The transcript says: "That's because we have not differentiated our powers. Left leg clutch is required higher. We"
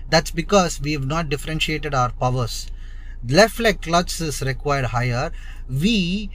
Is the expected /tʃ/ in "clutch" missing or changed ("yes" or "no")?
yes